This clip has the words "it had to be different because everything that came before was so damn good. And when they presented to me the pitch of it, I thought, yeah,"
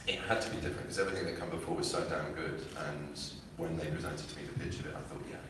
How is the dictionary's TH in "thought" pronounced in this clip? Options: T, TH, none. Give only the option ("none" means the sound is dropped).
TH